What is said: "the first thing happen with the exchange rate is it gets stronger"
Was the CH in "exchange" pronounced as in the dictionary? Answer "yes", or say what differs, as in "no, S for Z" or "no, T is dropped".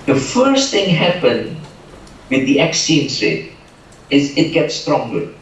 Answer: no, CH is dropped